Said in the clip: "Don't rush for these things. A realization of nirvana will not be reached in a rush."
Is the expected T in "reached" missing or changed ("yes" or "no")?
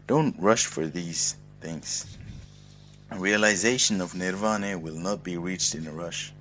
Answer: no